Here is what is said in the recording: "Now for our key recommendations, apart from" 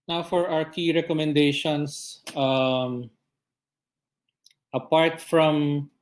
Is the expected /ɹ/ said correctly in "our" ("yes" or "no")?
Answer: no